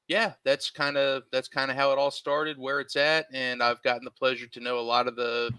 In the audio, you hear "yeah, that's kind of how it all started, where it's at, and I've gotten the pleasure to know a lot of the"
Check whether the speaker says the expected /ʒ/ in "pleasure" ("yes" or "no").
yes